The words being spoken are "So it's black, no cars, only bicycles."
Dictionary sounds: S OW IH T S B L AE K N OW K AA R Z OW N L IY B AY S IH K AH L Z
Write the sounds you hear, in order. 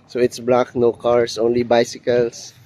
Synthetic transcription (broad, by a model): S OW IH T S B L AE K N OW K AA R S OW N L IY B AY S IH K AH L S